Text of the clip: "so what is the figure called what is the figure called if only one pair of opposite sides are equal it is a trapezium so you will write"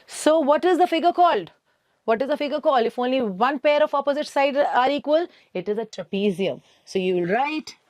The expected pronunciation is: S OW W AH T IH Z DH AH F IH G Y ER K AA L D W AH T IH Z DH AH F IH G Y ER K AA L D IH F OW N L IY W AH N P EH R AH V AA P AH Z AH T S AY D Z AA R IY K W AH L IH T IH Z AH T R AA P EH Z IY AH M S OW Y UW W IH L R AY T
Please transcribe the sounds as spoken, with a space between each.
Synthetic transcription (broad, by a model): S OW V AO T IH Z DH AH F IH G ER K AA L D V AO T IH Z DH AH F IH G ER K AA L D IH F OW N L IY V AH N P EH R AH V AA P AH Z AH T S AY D AA R IY K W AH L IH T IH Z AH T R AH P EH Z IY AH M S OW Y UW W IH L R AY T